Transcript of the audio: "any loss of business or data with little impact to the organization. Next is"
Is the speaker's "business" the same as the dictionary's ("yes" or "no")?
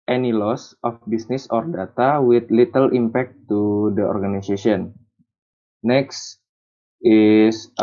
no